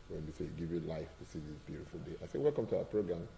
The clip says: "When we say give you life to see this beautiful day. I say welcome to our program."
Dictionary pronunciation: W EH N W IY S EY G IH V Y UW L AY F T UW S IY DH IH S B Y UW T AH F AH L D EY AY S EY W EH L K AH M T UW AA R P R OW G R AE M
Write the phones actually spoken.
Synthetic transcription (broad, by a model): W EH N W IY S EY G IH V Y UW L AY F T UW S IY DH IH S B Y UW T AH F AH L D EY AY S EY W EH L K AH M T UW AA P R OW G R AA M